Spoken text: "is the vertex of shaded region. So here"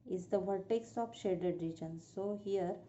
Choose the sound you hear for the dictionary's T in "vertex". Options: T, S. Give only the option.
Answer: T